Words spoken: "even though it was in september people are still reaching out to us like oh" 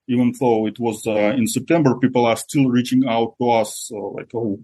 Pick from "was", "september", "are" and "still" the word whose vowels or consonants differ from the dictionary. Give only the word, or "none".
none